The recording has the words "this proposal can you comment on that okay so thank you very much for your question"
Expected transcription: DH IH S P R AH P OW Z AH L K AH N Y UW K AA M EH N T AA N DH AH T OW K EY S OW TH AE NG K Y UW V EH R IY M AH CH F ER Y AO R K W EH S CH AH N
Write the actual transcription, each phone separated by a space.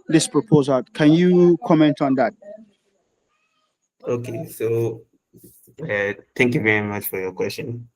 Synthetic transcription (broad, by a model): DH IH S P R AH P OW Z AH L K AH N Y UW K AA M EH N T AA N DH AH T OW K EY S OW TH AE NG K Y UW V EH R IY M AH CH F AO Y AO K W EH S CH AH N